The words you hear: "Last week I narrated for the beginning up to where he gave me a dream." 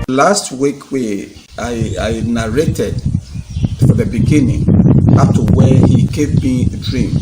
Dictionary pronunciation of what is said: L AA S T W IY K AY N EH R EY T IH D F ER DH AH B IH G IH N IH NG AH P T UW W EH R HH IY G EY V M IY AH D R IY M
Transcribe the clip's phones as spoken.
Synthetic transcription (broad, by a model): L AA S T W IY K AY N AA R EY T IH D F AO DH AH B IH G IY N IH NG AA F T UW W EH HH IY G EY V M IY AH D R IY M